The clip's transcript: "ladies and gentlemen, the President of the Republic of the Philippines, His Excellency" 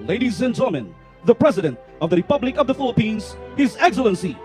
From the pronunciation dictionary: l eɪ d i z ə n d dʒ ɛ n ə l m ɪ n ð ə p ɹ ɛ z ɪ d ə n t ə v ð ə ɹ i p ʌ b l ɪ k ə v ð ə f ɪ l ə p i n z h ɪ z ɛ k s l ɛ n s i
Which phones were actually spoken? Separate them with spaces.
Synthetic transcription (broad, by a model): l eɪ d i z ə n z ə m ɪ n ð ə p ɹ ɛ z ɪ d ə n t ə v ð ə ɹ i p ʌ b l ɪ k ə v ð ə f ɪ l ə p i n z h ɪ z ɛ k s l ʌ n s i